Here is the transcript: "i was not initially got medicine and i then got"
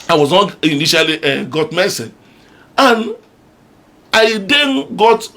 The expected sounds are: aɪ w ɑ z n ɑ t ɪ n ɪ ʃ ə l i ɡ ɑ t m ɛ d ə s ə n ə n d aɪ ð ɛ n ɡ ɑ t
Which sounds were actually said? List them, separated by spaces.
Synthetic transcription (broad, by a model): aɪ w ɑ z n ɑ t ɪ n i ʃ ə l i ɡ ɑ t m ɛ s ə ə n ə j d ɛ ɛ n ɡ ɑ t